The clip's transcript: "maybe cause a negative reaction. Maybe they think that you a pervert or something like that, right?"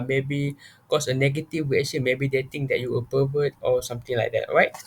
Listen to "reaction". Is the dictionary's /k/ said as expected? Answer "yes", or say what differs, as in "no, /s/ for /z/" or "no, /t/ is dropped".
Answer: no, /k/ is dropped